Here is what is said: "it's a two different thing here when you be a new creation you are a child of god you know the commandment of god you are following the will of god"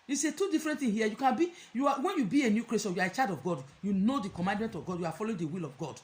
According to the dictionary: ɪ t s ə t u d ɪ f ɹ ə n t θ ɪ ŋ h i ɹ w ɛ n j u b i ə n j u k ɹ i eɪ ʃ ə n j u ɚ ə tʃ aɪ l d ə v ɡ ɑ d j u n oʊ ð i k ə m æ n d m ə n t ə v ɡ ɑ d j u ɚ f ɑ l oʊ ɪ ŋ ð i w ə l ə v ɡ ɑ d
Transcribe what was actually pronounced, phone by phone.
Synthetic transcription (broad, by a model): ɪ s ə t u d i f ɹ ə n t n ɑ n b i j w ɛ n j u b i ə n j u k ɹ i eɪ s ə j u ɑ ə tʃ aɪ d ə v ɡ ɑ d j u n oʊ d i k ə m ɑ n d m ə n t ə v ɡ ɑ d j u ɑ f ɑ l oʊ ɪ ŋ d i w ə l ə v ɡ ɑ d